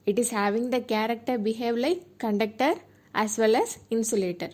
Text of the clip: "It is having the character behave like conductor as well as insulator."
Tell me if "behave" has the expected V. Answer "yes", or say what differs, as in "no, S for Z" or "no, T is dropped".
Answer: yes